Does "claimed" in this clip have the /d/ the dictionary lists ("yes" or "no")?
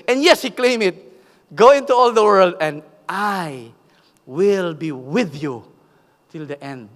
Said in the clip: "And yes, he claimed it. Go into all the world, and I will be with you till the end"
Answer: no